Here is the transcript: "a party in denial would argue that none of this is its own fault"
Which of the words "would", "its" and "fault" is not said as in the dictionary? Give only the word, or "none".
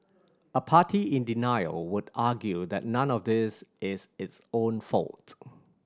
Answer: none